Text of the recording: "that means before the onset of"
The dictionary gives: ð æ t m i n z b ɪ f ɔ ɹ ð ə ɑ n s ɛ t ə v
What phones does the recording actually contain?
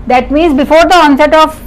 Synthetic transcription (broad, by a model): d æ t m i z b ɪ f ɔ ɹ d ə ɑ n s ɛ t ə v